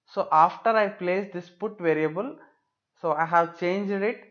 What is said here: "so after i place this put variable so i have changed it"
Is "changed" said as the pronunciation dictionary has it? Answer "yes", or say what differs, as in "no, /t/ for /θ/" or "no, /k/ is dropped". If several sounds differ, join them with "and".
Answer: yes